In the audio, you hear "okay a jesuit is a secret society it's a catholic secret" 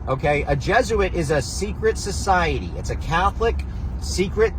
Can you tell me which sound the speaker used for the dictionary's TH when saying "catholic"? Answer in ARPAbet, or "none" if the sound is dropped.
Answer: TH